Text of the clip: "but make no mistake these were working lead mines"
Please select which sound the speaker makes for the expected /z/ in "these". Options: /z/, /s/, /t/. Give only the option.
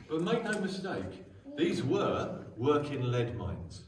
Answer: /z/